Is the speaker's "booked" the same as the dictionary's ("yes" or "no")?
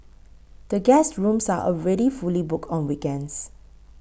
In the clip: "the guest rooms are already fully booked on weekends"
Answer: no